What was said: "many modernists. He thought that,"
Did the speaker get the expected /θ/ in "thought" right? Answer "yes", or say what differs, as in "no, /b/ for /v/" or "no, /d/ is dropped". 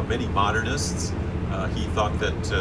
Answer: yes